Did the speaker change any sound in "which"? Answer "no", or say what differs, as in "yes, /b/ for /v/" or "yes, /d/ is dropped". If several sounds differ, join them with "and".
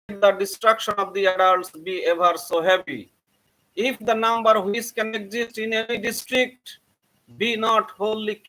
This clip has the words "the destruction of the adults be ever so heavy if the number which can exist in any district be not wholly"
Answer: yes, /s/ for /tʃ/